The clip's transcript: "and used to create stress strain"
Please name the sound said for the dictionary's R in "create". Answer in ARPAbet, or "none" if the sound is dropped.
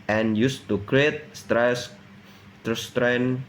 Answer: R